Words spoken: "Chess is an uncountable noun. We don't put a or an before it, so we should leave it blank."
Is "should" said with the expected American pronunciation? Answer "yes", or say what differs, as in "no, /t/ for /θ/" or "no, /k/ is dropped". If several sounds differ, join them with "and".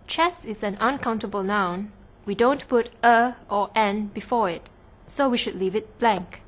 yes